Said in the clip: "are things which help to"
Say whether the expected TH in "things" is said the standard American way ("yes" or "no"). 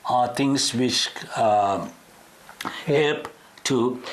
no